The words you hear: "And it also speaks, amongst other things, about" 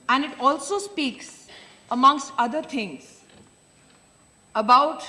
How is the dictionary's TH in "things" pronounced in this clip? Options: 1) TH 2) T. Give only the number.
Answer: 2